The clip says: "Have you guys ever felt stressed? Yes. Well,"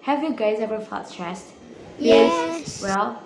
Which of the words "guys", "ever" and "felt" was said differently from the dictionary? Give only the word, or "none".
felt